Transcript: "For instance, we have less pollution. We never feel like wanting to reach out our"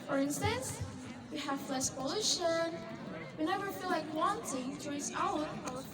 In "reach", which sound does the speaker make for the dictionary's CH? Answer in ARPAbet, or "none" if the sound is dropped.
S